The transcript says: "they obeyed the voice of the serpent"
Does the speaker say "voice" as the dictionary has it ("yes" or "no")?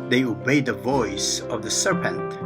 yes